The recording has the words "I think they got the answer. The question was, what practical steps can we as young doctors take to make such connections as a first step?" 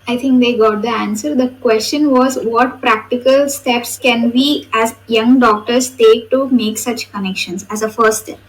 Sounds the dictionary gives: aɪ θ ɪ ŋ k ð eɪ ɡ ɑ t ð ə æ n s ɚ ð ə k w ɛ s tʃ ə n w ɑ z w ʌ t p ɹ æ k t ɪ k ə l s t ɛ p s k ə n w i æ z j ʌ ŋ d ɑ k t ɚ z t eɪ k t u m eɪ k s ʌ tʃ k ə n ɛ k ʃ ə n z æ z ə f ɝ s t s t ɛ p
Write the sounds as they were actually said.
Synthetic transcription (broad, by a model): aɪ t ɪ ŋ k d eɪ ɡ ɑ t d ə æ n s ɚ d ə k w ɛ s tʃ ə n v ɑ z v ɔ t p ɹ æ k t ɪ k ə l s t ɛ p s k ə n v i æ z j ʌ ŋ d ɑ k t ɚ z t eɪ k t u m eɪ k s ʌ tʃ k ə n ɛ k ʃ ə n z æ z ə f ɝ t s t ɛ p